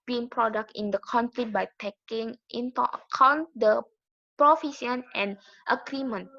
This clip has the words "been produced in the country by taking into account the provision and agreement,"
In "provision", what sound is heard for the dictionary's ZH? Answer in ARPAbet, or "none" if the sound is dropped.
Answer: S